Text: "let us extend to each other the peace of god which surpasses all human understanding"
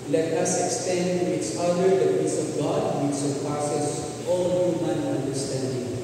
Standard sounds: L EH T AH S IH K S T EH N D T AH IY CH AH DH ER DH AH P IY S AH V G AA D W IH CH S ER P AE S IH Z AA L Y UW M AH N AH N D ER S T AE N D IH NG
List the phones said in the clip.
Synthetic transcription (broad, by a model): L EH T AH S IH K S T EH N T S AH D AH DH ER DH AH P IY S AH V G AA D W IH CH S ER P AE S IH S AA L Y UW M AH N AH N D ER S T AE N D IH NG